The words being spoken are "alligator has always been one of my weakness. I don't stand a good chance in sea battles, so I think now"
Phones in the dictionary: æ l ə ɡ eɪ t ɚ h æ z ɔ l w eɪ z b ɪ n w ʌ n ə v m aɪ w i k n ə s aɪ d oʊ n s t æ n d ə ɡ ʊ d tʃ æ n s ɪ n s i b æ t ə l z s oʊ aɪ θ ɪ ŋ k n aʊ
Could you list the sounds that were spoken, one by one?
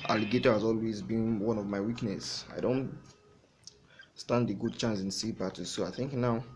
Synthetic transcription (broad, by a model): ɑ l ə ɡ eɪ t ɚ h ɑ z ɔ l w eɪ z b ɪ n w ʌ n ə v m aɪ w i k n ə s aɪ d oʊ n s t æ n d ə ɡ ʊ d tʃ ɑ n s ɪ n s i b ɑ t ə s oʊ aɪ θ ɪ ŋ k n aʊ